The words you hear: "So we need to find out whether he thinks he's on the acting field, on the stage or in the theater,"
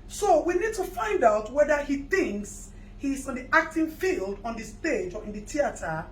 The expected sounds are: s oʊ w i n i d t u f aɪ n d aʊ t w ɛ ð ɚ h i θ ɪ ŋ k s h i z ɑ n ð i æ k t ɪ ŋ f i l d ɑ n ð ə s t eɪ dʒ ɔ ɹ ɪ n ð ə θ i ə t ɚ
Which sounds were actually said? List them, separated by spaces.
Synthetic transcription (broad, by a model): s oʊ w i n i d t u f aɪ n d aʊ t w ɛ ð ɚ h i θ ɪ ŋ k s h i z ɑ n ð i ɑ k t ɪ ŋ f i l d ɑ n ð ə s t eɪ dʒ ɔ ɹ ɪ n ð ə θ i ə t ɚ